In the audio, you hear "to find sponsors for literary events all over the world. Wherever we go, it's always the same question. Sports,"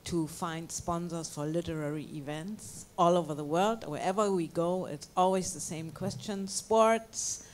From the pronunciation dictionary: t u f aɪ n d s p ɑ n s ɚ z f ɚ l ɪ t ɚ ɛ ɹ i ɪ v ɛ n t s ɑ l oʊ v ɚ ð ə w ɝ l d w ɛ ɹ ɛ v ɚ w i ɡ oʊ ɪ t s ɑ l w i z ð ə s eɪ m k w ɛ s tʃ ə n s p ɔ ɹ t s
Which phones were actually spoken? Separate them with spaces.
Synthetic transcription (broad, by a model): t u f aɪ n d s p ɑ n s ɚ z f ɚ l ɪ t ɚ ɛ ɹ i ɪ v ɛ n t s ɑ l oʊ v ɚ ð ə w ɝ l d w ɛ ɹ ɛ v ɚ w i ɡ oʊ ɪ t s ɑ l w i z ð ə s eɪ m k w ɛ s tʃ ə n s p ɔ ɹ t s